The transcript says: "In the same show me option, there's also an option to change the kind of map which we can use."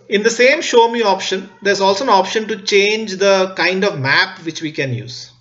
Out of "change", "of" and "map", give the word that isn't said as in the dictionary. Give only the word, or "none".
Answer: none